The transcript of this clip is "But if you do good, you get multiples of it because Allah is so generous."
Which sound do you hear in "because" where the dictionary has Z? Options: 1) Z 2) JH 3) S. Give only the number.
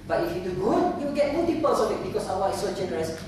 3